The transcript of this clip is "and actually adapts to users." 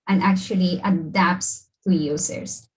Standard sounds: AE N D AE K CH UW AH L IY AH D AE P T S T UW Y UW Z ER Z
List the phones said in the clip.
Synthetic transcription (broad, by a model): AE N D AE K CH UW AH L IY AH D AE P T S T UW Y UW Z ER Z